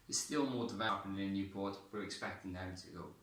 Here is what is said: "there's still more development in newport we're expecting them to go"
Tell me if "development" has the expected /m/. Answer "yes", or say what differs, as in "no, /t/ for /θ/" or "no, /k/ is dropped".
no, /m/ is dropped